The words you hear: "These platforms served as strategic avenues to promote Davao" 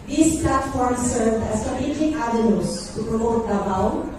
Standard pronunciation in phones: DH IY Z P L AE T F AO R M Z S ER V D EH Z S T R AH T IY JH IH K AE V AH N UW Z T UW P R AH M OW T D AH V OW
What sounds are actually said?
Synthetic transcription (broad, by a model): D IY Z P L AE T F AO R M S ER V D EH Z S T AH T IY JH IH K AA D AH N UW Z T UW P R AH M OW T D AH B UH